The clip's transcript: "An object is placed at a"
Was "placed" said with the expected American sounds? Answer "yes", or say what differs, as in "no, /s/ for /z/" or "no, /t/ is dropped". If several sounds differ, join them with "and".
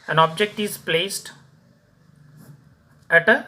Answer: yes